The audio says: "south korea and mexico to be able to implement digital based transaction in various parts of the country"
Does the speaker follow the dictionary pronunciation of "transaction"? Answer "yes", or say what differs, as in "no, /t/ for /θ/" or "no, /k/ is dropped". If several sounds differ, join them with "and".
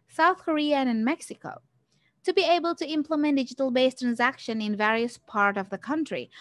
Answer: yes